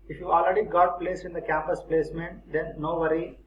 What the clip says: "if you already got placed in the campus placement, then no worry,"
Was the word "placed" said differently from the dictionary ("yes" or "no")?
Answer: yes